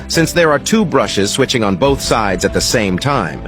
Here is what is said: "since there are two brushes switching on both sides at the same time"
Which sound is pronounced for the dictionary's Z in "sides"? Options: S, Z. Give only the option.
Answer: Z